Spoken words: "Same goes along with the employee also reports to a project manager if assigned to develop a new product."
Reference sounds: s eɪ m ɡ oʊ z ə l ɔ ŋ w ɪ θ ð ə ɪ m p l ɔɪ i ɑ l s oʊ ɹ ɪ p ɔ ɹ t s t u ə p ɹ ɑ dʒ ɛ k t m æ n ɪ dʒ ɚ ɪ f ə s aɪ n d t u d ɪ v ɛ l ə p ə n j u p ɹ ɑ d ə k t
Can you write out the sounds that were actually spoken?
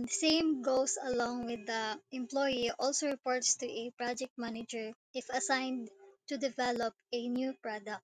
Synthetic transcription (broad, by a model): s eɪ m ɡ oʊ s ə l ɔ ŋ w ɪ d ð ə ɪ m p l ɔɪ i ɑ l s oʊ ɹ ɪ p ɔ ɹ t s t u ə p ɹ ɑ dʒ ɛ k t m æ n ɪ dʒ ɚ ɪ f ə s aɪ n d t u d ɪ v ɛ l ə p ə n j u p ɹ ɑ d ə k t